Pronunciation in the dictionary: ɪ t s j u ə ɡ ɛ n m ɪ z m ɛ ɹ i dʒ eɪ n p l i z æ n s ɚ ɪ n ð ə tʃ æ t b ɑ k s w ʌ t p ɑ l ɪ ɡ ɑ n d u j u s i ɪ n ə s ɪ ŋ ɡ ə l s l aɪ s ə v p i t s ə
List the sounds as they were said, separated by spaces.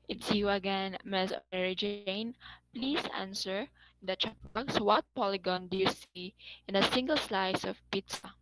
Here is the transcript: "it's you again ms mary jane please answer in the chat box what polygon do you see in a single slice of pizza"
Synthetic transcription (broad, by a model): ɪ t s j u ə ɡ ɛ n m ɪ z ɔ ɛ ɹ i dʒ eɪ n p l i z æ n s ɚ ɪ n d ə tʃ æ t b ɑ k s w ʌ t p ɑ l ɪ ɡ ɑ n d u j u s i ɪ n ə s ɪ ŋ ɡ ə l s l aɪ s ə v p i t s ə